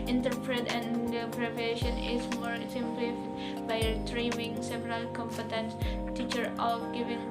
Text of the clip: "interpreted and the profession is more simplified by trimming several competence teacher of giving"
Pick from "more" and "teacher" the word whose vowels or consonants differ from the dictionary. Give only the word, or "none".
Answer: none